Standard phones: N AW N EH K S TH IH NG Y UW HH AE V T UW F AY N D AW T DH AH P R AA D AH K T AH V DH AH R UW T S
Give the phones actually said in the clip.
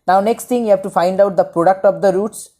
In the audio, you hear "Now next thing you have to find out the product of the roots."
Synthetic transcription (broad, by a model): N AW N EH K S T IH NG Y UW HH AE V T UW F AY N D AW T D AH P R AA D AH K T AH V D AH R UW T S